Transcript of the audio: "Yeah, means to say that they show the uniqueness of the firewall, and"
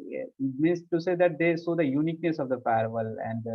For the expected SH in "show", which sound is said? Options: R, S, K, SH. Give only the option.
S